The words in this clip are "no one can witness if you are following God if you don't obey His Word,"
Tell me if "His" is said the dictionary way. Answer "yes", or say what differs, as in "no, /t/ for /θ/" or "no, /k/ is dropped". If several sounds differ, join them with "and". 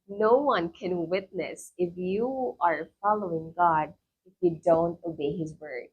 yes